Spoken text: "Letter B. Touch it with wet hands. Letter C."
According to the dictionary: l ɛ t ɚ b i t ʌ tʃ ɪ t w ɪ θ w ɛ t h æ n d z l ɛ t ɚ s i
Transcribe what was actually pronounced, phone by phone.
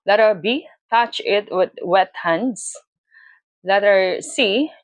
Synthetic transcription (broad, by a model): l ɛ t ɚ b i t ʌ tʃ ɪ t w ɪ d w ɛ t h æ n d s l ɛ t ɚ s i